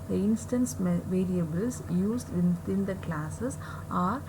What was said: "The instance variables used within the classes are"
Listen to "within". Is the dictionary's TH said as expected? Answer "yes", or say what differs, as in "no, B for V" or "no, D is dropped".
no, T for TH